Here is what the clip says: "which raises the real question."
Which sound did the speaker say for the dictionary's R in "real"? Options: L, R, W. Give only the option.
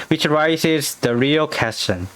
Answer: R